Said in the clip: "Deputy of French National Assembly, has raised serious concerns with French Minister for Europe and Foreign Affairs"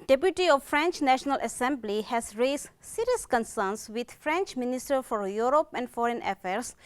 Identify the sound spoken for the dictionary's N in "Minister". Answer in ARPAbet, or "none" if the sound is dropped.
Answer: N